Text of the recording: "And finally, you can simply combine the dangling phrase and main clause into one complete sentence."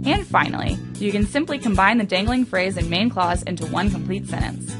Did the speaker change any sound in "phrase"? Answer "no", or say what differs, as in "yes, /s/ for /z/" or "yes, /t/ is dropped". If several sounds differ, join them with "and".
no